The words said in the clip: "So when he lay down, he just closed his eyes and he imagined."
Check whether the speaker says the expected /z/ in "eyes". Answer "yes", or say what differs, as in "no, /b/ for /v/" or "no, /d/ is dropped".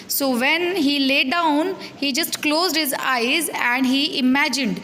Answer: yes